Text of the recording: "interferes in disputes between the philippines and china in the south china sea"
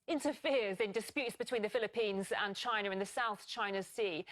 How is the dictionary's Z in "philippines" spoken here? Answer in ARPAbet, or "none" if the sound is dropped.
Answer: Z